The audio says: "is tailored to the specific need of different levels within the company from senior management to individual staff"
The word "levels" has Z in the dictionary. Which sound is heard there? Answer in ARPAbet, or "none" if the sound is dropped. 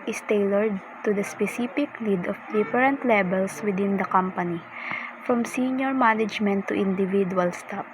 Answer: S